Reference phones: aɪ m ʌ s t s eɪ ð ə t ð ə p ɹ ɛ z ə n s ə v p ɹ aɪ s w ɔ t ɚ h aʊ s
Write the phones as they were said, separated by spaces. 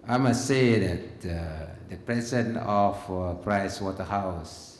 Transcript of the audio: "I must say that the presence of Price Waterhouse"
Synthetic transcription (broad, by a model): aɪ m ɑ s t s eɪ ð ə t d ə p ɹ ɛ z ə n ə f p ɹ aɪ s w ɔ t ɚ h aʊ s